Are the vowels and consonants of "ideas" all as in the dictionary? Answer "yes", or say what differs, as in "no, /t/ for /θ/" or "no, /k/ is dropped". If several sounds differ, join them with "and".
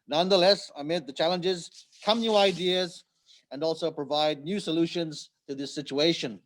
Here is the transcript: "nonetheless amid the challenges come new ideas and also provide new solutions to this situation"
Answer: yes